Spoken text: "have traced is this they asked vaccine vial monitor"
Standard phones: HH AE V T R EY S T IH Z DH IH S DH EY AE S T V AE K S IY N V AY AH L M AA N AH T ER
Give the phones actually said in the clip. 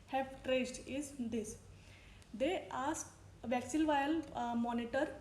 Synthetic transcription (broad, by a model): HH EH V T R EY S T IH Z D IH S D EY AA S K V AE K S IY L V AY AH L M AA N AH T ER